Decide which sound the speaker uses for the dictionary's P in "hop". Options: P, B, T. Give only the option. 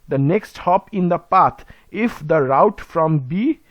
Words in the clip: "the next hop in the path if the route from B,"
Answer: P